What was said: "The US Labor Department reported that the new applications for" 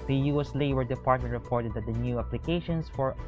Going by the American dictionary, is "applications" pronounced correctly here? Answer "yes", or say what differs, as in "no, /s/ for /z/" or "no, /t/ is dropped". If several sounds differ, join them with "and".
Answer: no, /s/ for /z/